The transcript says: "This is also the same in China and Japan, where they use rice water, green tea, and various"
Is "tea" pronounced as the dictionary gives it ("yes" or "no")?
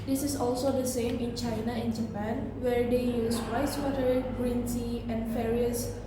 no